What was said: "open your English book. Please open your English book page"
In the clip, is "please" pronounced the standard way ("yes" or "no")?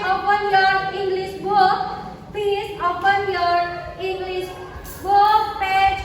no